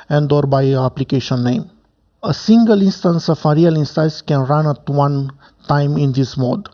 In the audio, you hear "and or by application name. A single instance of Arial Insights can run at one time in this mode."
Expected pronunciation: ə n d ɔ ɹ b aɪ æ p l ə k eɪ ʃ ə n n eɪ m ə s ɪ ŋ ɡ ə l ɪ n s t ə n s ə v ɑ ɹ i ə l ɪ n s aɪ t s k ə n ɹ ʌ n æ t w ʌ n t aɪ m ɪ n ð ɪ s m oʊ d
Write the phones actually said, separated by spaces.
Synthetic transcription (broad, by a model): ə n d ɔ ɹ b aɪ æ p l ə k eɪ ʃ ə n n eɪ m ə s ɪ ŋ ɡ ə l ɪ n s t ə n s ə f ɑ ɹ i ə l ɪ n s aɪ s k ə n ɹ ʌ n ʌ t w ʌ n t aɪ m ɪ n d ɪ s m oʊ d